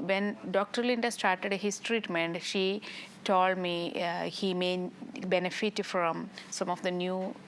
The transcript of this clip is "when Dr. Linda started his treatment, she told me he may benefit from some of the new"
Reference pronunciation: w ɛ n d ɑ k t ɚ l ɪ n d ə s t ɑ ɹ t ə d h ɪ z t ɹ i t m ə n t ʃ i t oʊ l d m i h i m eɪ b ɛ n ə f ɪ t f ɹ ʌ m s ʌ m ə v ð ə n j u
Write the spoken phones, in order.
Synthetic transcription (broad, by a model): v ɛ n d ɑ k t ɚ l ɪ n d ə s t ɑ ɹ t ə d h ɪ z t ɹ i t m ə n t ʃ i t oʊ l d m i h i m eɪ b ɛ n ə f ɪ t f ɹ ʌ m s ʌ m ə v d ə n j u